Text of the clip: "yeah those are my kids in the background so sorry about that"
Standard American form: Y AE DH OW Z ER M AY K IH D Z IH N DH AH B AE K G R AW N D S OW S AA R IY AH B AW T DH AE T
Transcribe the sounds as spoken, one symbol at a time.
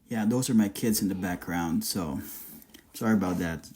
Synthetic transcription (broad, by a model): Y AE DH OW Z ER M AY K IH D Z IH N DH AH B AE K G R AW N D S OW S AA R IY AH B AW T DH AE T